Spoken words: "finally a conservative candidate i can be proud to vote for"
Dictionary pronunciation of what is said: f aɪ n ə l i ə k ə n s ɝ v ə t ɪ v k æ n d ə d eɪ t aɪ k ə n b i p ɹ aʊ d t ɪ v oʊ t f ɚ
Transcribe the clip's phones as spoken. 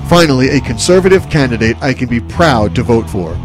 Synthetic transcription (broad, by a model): f aɪ n l i ə k ə n s ɝ v ə t ɪ v k æ n d ə d eɪ t aɪ k ə n b i p ɹ aʊ d t ɪ v oʊ t f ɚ